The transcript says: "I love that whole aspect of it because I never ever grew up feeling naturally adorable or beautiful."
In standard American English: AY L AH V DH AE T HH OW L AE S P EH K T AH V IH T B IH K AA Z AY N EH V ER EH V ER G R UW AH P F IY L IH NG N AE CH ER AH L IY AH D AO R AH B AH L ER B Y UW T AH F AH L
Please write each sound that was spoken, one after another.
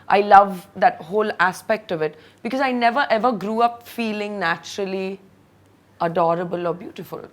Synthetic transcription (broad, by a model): AY L AH V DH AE T HH OW L AE S P EH K T AH V IH T B IH K AA Z AY N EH V ER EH V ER G R UW AH P F IY L IH NG N AE CH ER AH L IY AH D AO R AH B AH L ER B Y UW T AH F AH L